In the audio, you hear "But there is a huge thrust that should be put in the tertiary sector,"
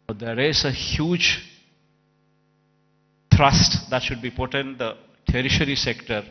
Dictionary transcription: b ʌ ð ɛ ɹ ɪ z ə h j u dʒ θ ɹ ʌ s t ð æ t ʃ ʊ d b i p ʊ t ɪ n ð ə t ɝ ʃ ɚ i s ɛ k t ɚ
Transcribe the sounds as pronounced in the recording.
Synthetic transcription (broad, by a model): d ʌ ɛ ɹ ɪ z ə h j u dʒ t ɹ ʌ s t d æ t ʃ ʊ d b i p ʊ t ɪ n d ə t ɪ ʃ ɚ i s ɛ k t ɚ